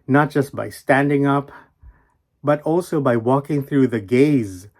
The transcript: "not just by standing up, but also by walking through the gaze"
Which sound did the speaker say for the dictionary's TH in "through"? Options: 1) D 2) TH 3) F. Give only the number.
2